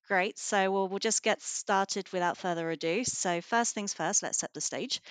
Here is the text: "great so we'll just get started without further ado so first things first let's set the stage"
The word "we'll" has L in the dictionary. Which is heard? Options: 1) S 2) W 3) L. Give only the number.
3